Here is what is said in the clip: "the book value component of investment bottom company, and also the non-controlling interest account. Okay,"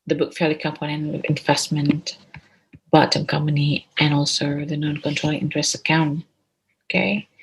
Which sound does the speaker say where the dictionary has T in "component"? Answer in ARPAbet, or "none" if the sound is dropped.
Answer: none